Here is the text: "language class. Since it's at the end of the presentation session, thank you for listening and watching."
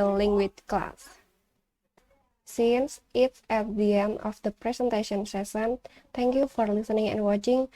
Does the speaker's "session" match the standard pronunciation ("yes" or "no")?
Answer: no